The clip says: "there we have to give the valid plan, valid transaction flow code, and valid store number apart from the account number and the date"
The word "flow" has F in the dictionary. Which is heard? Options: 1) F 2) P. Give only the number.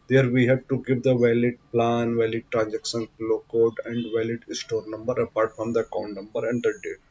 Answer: 2